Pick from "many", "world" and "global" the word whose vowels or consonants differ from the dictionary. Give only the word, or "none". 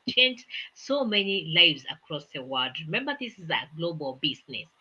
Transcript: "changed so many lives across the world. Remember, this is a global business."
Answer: world